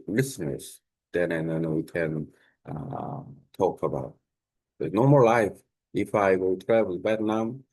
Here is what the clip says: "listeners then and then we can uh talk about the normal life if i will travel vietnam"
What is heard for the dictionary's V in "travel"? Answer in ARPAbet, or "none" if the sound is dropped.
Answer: W